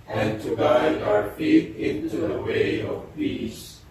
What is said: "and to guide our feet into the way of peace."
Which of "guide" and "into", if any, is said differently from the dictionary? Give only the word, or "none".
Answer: guide